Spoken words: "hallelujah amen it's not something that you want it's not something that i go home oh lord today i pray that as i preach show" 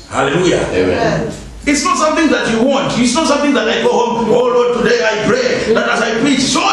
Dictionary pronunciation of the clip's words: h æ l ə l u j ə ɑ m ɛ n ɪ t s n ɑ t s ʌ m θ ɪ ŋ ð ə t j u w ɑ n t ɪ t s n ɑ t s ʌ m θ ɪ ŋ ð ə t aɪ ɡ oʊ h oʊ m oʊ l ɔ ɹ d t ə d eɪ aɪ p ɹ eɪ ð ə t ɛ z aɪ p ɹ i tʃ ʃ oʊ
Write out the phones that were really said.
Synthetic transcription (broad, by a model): h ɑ l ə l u j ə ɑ ɛ ɪ t s n ɑ t s ʌ m θ ɪ ŋ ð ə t j u w ɑ n t ɪ t s n ɑ t s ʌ m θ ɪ ŋ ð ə t aɪ ɡ oʊ h oʊ m oʊ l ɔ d t ə d eɪ aɪ p ɹ eɪ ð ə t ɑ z aɪ p ɹ i tʃ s oʊ